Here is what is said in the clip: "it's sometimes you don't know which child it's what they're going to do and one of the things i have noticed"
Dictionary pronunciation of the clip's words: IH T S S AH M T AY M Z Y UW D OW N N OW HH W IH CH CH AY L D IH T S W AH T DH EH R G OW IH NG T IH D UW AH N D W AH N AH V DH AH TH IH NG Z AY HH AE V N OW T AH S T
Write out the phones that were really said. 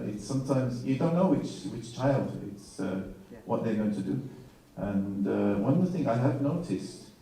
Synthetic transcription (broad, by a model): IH T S S AH M T AY M Z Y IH D OW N N OW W W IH CH CH AY L D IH T S W AH T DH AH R G OW IH NG T IH D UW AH N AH W AH N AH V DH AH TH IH NG AY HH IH V N OW T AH S T